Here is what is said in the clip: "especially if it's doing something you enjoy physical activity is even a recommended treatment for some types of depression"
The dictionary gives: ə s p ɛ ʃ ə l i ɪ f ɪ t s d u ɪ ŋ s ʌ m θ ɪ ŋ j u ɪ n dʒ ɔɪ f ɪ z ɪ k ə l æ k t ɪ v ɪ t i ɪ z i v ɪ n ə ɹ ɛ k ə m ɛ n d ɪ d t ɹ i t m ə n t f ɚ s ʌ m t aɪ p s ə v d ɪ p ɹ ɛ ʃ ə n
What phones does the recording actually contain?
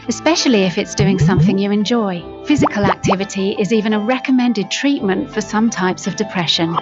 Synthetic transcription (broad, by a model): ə s p ɛ ʃ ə l i ɪ f ɪ t s d u ɪ ŋ s ʌ m θ ɪ ŋ j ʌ ɪ n dʒ ɔɪ f ɪ z ɪ k ə l æ k t ɪ v ɪ t i ɪ z i v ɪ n ə ɹ ɛ k ə m ɛ n d ɪ d t ɹ i t m ə n t f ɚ s ʌ m t aɪ p s ə v d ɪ p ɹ ɛ ʃ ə n